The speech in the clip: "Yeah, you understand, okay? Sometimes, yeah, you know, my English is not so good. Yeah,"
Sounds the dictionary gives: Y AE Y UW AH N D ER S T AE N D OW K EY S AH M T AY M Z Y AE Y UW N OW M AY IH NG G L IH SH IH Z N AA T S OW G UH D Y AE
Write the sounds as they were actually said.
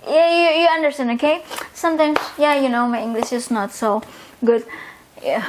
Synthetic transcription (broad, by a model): Y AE Y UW AH N D ER S T AE N D OW K EY S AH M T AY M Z Y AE Y UW N OW M AY IH NG G L IH SH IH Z N AA T S OW G UH D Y